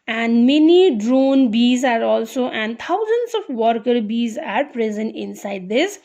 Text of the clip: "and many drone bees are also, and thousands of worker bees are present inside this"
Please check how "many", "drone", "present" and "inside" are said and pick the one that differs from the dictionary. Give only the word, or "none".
none